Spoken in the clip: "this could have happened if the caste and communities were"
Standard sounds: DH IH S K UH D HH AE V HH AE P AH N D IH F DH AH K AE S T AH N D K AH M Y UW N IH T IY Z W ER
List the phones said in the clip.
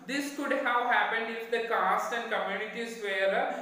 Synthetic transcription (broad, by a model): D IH S K UH D HH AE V HH AE P AH N D IH F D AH K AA S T AH N D K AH M Y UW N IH T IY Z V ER